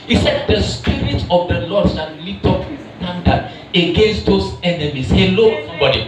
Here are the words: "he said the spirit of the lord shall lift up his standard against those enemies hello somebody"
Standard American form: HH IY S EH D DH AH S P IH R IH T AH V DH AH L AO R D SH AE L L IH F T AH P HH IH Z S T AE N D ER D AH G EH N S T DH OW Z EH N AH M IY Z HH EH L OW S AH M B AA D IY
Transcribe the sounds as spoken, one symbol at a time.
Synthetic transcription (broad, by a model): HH IY S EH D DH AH S P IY R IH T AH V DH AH L AO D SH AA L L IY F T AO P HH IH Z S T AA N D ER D AH G EH N S T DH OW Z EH N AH M IY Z HH EH L OW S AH M B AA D IY